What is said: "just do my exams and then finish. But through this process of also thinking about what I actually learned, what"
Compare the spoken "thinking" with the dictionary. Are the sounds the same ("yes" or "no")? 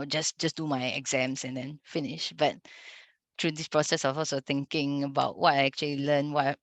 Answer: no